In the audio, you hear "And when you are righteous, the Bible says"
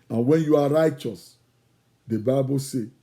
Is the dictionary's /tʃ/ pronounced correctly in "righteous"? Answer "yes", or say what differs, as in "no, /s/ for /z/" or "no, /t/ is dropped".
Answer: yes